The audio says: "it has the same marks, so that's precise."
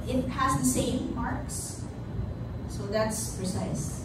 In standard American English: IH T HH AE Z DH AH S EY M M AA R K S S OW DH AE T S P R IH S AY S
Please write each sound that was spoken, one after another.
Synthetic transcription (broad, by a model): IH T HH AE Z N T S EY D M AA R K S S OW DH AE T S P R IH S AY S